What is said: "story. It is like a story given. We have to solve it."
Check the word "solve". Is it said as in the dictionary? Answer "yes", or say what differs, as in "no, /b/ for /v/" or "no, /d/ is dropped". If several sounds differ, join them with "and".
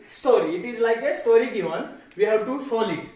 no, /v/ is dropped